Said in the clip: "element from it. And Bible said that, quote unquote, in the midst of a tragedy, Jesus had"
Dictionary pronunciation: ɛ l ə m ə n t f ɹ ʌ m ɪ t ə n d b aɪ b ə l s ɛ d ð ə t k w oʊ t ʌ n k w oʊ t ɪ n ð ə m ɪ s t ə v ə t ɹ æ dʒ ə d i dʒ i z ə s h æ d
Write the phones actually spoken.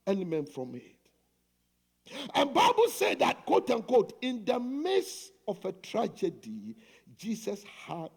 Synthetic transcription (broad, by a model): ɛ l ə m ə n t f ɹ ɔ m ɪ t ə n b aɪ b ə l s ɛ d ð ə t k w oʊ t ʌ n k w oʊ t ɪ n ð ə m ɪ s ə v ə t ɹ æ dʒ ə d i dʒ i s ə s h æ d